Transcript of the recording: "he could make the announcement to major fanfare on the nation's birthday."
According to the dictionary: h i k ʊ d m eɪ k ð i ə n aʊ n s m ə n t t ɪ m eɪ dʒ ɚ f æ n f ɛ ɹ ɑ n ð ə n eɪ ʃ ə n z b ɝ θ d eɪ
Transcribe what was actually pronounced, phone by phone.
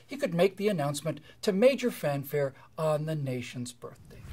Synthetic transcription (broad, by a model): h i k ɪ d m eɪ k ð i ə n aʊ n s m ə n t t ɪ m eɪ dʒ ɚ f æ n f ɛ ɹ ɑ n ð ə n eɪ ʃ ə n z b ɝ θ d eɪ